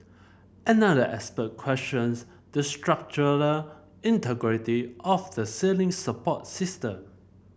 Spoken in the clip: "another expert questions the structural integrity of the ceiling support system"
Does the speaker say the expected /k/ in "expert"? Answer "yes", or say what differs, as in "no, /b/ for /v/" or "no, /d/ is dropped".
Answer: no, /k/ is dropped